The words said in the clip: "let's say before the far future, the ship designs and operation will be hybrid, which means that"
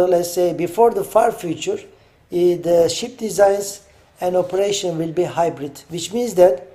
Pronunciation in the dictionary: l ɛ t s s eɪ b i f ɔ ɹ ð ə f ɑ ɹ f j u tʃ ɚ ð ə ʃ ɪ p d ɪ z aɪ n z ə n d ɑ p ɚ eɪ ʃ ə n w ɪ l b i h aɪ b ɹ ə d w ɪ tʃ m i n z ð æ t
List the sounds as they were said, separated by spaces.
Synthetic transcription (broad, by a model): l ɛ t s s eɪ b i f ɔ ɹ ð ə f ɑ ɹ f j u tʃ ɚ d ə ʃ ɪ p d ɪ z aɪ n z ə n d ɑ p ɚ eɪ ʃ ə n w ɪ l b i h aɪ b ɹ ə d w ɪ tʃ m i n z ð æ t